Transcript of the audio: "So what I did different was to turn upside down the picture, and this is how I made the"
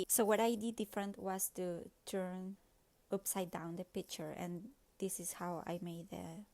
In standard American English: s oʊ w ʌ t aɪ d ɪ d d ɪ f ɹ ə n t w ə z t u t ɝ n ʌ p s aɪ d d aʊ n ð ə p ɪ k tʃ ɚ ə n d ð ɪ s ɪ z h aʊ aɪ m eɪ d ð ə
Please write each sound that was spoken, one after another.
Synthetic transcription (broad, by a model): s oʊ w ʌ t aɪ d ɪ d d ɪ f ɹ ə n t w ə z t u t ɝ n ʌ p s aɪ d d aʊ n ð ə p ɪ k tʃ ɚ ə n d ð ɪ s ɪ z h aʊ aɪ m eɪ d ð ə